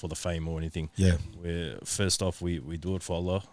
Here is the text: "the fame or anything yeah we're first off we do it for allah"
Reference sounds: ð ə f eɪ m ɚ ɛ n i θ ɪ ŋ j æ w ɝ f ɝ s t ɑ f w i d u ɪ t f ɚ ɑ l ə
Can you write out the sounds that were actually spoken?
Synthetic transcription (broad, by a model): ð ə f eɪ m ɚ ɛ n i θ ɪ ŋ j æ w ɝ f ɝ s t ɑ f w i d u ɪ t f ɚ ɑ l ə